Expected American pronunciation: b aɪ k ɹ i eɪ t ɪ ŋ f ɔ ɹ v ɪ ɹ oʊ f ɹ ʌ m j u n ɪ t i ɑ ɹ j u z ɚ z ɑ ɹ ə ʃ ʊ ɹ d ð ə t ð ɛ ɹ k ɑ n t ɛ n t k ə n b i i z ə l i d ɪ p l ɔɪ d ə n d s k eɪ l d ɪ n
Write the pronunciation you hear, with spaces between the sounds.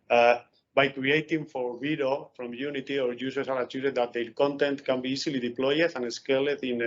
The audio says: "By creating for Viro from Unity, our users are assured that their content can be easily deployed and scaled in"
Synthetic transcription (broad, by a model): b aɪ k ɹ i eɪ t ɪ ŋ f ɔ ɹ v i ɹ oʊ f ɹ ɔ m j u n ɪ t i ɑ ɹ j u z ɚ s ɑ ɹ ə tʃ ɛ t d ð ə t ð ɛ l k ɑ n t ɛ n t k ə n b i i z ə l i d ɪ p l ɔɪ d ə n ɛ s k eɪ l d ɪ n